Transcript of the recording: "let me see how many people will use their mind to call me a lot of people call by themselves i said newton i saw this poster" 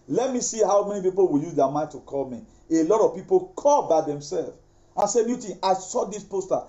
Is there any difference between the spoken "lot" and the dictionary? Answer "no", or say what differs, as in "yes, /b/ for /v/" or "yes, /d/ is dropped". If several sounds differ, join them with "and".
no